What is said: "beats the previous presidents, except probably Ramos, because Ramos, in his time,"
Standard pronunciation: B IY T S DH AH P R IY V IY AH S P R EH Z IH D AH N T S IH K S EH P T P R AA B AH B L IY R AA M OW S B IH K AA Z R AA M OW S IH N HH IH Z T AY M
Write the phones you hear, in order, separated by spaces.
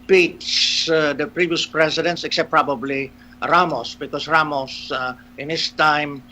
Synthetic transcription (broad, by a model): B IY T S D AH P R IY V IY AH S P R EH S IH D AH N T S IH K S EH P P R AA B AH B L IY R AA M OW S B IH K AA S R AA M OW S IH N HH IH S T AY M